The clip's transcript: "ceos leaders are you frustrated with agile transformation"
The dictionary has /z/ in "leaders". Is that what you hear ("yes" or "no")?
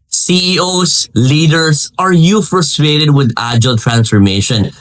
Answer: no